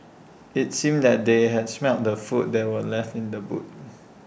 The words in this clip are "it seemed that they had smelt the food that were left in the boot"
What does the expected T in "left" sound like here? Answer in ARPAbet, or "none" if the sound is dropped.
T